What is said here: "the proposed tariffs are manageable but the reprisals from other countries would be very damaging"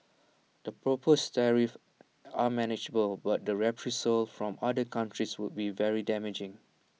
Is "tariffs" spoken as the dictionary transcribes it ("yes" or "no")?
no